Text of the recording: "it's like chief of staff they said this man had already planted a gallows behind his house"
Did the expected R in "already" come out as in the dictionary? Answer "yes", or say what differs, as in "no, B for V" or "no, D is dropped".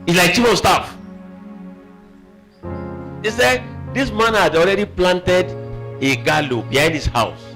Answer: yes